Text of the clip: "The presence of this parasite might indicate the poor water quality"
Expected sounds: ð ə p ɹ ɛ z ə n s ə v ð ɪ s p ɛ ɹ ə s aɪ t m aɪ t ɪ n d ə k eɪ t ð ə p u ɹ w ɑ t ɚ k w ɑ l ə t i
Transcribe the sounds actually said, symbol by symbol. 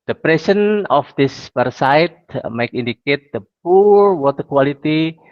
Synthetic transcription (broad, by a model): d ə p ɹ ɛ s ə n ə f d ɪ s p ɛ ɹ s aɪ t m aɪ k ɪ n d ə k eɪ t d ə p u ɹ w ɑ t ɚ k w ɑ l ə t i